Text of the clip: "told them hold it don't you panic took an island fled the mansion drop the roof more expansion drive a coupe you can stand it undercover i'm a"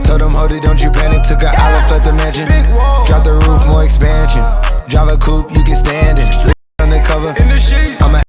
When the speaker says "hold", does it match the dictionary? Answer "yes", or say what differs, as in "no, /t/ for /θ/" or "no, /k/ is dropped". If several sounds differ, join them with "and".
no, /l/ is dropped